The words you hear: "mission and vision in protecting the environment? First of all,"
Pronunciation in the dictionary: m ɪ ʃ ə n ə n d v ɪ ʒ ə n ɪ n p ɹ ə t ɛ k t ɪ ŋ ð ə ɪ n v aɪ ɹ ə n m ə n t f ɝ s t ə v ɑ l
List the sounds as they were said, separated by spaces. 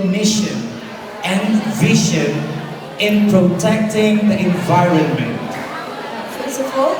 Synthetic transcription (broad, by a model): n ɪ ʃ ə n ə n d v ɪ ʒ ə n ɪ n p ɹ ə t ɛ k t ɪ ŋ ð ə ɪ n v aɪ ɹ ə n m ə n t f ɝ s ə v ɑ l